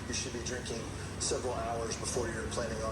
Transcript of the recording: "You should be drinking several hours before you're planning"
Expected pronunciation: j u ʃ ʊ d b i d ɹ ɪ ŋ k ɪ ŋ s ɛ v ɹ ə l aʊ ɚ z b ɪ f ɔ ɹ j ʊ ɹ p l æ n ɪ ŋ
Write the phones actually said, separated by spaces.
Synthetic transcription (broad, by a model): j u ʃ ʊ d b i d ɹ ɪ ŋ k ɪ ŋ s ɛ v ɹ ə l aʊ ɚ z b ɪ f ɔ ɹ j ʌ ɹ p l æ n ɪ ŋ